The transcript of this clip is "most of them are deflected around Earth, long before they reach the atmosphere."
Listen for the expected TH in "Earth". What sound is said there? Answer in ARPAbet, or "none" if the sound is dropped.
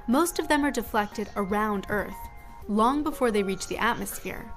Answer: TH